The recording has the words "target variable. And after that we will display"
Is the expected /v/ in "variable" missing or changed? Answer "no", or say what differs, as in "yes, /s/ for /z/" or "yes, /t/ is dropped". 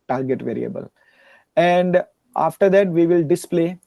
no